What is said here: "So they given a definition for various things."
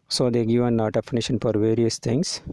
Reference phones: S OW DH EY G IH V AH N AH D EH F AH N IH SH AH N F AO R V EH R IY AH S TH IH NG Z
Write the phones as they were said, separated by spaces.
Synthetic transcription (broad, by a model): S OW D EY G IH V AH N AH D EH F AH N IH SH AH N F AO R V EH R IY AH S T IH NG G